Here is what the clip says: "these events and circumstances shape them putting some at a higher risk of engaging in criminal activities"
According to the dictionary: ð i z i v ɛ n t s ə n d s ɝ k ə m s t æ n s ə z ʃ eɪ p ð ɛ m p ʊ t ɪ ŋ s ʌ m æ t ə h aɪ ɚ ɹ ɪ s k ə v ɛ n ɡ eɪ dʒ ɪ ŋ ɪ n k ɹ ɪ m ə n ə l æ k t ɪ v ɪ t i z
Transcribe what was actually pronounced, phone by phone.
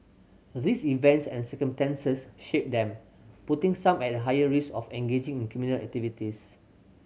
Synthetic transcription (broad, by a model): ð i s i v ɛ n t s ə n s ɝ k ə m s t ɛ n s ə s ʃ eɪ p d ɛ m p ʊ t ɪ ŋ s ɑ m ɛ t ə h aɪ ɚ ɹ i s ə f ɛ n ɡ eɪ dʒ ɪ ŋ ɪ n k ɹ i m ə n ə l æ k t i v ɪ t i s